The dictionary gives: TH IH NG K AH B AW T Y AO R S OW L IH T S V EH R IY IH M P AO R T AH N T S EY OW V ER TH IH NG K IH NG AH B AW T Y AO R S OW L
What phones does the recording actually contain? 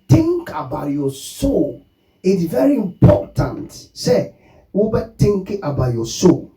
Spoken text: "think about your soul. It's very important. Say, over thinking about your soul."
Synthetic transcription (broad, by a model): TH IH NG K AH B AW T Y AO S OW L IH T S V EH R IY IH M P AO T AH N T S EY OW B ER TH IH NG K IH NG AH B AW T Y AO S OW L